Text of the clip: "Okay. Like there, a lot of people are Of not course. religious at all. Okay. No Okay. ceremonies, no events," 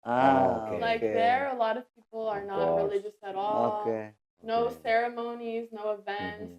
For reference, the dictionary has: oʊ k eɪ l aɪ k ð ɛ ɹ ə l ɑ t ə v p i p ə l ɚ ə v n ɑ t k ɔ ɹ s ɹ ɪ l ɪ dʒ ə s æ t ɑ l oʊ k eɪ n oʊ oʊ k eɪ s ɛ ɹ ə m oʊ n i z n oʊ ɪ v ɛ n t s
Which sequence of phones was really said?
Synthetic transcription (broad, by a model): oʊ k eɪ l aɪ k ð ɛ ɹ ə l ɑ t ə v p i p l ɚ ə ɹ n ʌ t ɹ ɹ ɪ l ɪ dʒ ə s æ t ɑ l oʊ k eɪ n oʊ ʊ s ɛ ɹ ə m oʊ n i z n oʊ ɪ v ɛ n t s